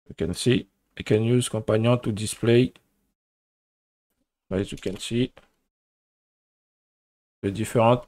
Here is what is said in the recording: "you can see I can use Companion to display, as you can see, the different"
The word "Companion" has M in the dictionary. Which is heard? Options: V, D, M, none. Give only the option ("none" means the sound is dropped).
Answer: none